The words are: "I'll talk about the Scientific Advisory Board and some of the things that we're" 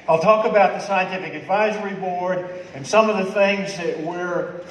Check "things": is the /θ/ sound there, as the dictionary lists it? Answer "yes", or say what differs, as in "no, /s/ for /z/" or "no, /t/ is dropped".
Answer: yes